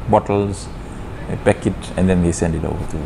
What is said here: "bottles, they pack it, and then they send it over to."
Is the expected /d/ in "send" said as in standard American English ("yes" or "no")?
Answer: yes